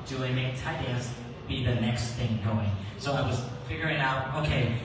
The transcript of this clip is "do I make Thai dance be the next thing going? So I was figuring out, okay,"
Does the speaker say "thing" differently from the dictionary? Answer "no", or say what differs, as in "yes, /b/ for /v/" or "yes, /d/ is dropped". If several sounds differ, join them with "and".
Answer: no